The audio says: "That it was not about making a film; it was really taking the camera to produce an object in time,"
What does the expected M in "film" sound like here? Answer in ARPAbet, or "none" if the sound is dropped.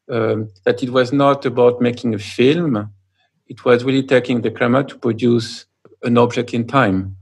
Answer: M